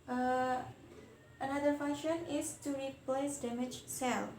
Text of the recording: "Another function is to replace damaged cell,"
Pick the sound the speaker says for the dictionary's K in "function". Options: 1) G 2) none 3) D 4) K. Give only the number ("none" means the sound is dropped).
2